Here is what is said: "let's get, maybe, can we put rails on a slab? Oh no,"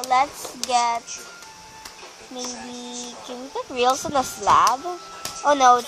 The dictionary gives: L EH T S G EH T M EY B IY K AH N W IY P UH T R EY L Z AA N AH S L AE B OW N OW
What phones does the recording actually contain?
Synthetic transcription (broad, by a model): L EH T S G EH T M EY B IY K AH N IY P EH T R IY L S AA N AH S L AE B OW N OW